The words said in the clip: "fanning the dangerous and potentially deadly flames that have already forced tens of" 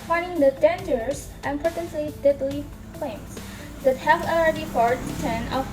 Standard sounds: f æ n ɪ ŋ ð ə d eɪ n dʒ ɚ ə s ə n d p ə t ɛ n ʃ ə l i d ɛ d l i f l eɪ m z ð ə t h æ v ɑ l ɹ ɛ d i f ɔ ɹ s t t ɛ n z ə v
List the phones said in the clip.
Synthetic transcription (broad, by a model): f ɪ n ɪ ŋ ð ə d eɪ n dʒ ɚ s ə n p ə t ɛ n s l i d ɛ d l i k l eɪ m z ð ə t h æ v ɑ l ɹ ɛ d i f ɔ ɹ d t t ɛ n ə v